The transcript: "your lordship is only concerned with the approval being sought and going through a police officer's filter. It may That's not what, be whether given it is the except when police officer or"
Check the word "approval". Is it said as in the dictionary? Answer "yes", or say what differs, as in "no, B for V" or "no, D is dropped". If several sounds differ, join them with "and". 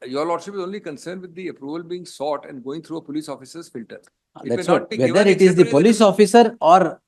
yes